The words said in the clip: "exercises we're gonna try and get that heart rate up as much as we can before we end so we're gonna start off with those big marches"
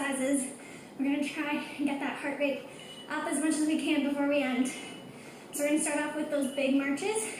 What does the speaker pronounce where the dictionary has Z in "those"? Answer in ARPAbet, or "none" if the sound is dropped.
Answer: Z